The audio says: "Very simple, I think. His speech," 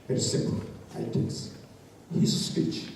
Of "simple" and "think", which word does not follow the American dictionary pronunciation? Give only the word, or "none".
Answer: think